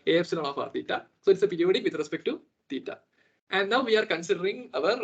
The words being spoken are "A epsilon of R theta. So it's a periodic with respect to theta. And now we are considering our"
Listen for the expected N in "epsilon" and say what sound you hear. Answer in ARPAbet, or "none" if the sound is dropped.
L